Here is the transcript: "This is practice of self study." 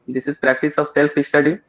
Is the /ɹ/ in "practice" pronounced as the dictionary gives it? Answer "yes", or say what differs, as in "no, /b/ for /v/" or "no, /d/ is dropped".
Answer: yes